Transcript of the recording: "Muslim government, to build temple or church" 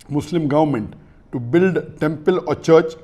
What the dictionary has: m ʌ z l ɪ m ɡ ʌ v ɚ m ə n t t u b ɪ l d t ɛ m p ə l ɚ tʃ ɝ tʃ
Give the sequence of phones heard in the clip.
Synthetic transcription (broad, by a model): m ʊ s l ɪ m ɡ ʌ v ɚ m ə n t t u b ɪ l d t ɛ m p ə l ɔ tʃ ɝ tʃ